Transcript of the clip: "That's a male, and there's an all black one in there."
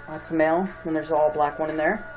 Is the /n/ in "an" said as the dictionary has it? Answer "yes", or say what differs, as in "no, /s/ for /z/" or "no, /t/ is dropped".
no, /l/ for /n/